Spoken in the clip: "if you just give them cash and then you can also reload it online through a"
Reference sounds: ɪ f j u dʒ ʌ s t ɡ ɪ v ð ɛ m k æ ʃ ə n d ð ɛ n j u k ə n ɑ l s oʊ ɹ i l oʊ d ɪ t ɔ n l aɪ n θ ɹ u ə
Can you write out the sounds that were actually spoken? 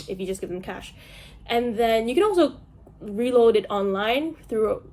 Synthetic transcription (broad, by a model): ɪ f j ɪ dʒ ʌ s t ɡ ɪ v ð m k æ ʃ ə n ð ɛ n j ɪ k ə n ɑ l s oʊ ɹ i l oʊ d ɪ t ɔ n l aɪ n θ ɹ u